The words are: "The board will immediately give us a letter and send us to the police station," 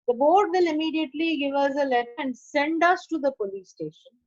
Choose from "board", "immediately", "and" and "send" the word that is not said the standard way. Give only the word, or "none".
none